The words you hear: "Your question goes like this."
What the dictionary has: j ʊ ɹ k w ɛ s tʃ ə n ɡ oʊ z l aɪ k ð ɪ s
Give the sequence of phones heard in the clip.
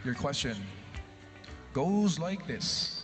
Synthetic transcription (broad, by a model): j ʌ ɹ k w ɛ s tʃ ə n ɡ oʊ z l aɪ k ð ɪ s